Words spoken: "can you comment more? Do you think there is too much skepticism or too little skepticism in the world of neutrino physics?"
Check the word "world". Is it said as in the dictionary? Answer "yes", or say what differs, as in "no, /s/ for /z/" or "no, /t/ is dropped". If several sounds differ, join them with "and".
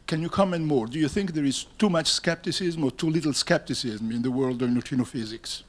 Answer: yes